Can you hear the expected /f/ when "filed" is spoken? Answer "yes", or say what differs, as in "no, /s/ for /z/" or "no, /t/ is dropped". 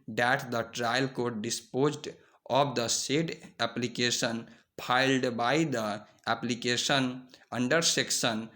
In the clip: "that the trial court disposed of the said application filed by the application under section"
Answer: no, /p/ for /f/